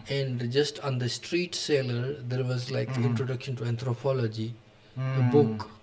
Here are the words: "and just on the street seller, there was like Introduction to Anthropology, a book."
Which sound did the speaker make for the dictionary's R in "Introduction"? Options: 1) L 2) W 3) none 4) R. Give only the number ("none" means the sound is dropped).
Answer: 4